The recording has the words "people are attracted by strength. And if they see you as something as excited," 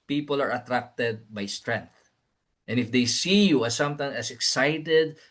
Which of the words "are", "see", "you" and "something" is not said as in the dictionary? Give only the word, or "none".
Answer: something